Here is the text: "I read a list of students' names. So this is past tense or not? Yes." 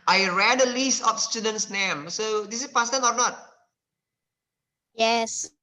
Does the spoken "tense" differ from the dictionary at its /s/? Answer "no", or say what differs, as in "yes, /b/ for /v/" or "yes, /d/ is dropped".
yes, /s/ is dropped